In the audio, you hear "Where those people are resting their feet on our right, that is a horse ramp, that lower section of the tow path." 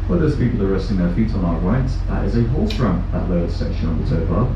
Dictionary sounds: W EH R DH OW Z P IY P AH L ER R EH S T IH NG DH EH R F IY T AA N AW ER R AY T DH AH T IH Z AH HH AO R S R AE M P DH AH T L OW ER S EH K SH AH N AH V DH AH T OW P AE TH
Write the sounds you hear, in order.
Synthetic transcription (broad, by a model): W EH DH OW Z P IY P L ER R EH S T IH NG DH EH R F IY T N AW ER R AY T DH AH T IH Z AH HH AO L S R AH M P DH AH T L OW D S EH K SH AH N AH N DH AH T OW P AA